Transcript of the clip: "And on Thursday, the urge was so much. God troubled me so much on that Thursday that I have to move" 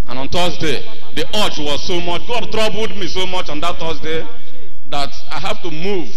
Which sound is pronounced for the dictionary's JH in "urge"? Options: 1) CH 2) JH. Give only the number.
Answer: 1